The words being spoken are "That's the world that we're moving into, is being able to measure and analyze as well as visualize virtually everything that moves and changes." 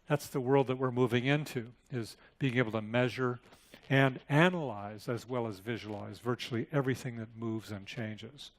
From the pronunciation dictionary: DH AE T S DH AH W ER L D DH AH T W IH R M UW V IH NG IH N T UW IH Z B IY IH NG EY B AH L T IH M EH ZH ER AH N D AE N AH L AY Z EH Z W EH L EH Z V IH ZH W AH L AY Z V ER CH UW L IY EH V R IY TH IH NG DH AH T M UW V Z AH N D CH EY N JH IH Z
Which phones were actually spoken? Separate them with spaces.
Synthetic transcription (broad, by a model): DH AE T S DH AH W ER L D DH AH T W IH R M UW V IH NG IH N T UW IH Z B IY IH NG EY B L T IH M EH ZH ER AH N AE N AH L AY Z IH Z W EH L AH Z V IH ZH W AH L AY Z V ER CH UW L IY EH V R IY TH IH NG DH AH T M UW V Z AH N CH EY N JH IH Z